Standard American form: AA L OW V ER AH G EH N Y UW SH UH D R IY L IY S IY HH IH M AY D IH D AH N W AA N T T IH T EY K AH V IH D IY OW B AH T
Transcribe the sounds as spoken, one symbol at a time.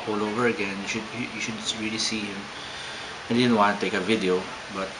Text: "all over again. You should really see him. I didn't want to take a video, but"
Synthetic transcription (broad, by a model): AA L OW V ER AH G EH N Y UW SH UH D R IY L IY S IY HH IH M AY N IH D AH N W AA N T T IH T EY K AH V IH D IY OW B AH T